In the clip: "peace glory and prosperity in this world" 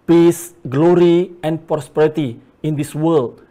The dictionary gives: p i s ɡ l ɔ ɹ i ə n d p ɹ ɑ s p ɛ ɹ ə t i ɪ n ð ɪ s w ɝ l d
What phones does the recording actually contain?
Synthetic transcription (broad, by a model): p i s ɡ l ɔ ɹ i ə n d p ɹ ɑ s p ɛ ɹ ə t i ɪ n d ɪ s w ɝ l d